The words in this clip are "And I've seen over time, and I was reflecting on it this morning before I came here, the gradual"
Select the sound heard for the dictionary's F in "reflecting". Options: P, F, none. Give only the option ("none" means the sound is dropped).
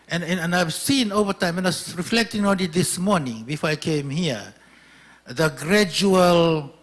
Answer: F